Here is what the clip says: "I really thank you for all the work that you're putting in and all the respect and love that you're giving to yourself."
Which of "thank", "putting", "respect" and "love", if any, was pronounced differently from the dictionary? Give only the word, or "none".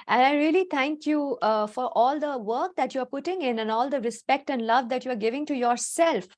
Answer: thank